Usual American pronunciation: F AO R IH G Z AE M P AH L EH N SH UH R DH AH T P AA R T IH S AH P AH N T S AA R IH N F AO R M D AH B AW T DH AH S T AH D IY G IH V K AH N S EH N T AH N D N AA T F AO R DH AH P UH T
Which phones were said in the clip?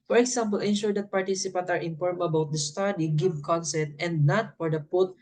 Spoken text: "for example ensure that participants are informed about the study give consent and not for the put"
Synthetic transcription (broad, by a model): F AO R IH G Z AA M P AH L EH N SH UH R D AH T P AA R T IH S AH P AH N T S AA R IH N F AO R M AH B AW T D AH S T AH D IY G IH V K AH N S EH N T AH N D N AA T F AO R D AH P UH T